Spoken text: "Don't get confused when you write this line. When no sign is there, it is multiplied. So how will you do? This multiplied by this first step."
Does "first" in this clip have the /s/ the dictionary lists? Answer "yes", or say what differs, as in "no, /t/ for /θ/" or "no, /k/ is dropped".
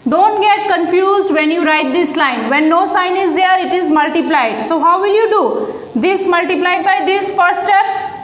no, /s/ is dropped